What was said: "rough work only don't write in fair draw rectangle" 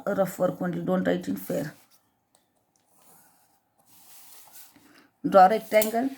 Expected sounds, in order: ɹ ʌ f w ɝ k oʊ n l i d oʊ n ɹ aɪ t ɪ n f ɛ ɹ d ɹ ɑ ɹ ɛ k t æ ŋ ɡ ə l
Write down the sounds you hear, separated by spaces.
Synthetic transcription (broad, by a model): ɹ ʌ f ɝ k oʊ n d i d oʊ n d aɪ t ɪ n f ɛ ɹ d ɑ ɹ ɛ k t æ ŋ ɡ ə l